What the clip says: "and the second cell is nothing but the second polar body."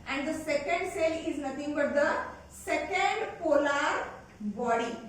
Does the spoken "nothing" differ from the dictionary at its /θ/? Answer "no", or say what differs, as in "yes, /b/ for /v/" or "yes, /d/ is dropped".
yes, /t/ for /θ/